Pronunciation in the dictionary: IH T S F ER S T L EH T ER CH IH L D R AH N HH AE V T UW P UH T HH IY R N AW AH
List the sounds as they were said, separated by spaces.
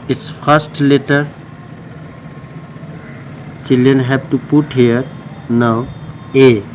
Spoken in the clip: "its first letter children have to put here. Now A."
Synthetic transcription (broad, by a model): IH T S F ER S T L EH T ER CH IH L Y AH N HH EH B T UW P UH T HH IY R N AW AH